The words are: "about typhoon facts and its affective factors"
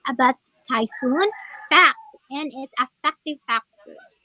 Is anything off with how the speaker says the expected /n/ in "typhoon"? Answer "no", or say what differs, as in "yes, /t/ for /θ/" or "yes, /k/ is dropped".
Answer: no